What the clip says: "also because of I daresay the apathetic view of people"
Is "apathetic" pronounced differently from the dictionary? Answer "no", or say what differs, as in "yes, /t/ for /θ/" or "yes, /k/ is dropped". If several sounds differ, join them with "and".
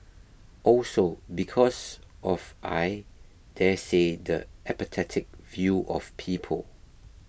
yes, /t/ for /θ/